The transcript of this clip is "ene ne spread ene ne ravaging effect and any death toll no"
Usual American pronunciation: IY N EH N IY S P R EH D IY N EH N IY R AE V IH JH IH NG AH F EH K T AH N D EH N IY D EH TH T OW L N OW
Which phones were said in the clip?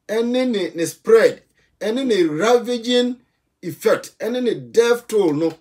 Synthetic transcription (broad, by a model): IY N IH N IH S P R EH D IY N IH N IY R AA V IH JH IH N AH F EH K T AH N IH N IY D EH F T OW L N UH